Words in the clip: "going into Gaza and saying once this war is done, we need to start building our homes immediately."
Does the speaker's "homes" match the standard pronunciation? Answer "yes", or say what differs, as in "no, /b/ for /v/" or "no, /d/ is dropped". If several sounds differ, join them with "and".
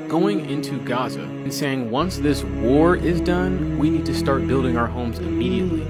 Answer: yes